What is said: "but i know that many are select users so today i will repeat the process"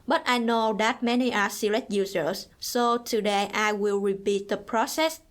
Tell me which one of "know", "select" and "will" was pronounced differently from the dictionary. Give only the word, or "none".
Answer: select